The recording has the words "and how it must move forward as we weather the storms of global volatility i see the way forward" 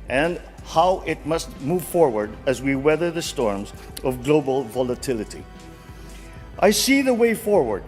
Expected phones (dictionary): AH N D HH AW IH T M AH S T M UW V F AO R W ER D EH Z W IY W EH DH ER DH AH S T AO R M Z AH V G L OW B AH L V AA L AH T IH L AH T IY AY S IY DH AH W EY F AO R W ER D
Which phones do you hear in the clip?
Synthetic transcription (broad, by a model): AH N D HH AW IH T M AH S T M UW V F AO R W ER D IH Z W IY W EH DH ER DH AH S T AO R M Z AH V G L OW B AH L V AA L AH T IH L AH T IY AY S IY DH AH W EY F AO R W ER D